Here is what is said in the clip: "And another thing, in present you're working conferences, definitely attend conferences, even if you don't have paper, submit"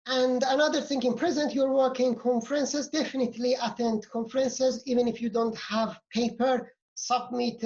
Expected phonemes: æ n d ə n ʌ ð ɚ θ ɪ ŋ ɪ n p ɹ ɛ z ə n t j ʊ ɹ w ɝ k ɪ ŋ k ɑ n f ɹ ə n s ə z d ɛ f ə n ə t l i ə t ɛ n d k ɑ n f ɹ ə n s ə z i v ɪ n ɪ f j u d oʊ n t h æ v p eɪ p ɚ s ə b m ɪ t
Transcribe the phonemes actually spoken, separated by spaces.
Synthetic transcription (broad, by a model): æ n d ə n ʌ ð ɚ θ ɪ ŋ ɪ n p ɹ ɛ z ə n t j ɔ ɹ w ɝ k ɪ ŋ k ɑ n f ɹ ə n s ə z d ɛ f ə n ə t l i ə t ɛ n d k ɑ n f ɹ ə n s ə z i v ɪ n ɪ f j u d oʊ n t h æ v p eɪ p ɚ s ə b m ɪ t